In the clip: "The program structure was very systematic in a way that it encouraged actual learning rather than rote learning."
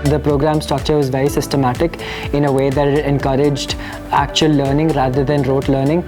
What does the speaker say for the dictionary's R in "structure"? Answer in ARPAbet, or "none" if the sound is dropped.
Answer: none